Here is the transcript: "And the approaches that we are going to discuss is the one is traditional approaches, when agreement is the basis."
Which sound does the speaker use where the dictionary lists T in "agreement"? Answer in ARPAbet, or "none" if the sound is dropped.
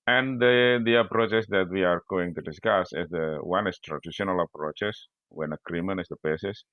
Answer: none